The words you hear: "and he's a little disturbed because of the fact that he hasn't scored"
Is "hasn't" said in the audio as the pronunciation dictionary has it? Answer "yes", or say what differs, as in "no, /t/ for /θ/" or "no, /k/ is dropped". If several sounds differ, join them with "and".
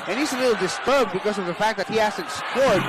no, /s/ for /z/